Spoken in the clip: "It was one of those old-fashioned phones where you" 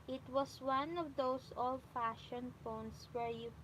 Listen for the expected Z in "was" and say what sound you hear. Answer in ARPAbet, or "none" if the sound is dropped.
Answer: S